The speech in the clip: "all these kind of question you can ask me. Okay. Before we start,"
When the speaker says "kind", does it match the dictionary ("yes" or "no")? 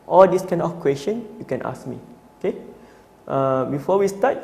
no